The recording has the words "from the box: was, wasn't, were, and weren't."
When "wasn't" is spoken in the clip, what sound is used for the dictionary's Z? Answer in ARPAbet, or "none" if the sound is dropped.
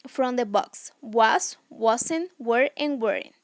S